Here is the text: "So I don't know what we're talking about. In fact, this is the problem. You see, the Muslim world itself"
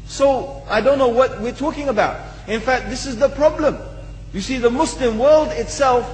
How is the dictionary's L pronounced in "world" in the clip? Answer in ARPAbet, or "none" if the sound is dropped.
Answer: L